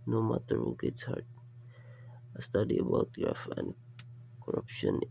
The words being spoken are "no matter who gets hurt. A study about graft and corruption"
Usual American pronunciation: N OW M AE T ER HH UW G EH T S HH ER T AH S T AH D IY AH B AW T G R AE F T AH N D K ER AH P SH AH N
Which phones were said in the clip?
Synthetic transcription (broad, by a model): N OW M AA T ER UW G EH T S HH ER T AH S T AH D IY AH B AW T G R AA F AH N D K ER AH P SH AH N